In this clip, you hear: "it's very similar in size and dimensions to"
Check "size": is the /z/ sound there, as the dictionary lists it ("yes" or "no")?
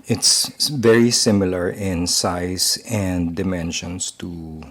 no